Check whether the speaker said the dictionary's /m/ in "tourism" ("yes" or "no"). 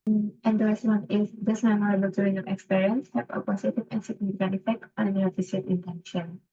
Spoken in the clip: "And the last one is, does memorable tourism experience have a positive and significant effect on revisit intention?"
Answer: no